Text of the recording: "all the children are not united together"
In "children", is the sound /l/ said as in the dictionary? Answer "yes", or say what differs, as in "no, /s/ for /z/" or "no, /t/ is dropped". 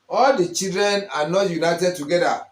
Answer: no, /l/ is dropped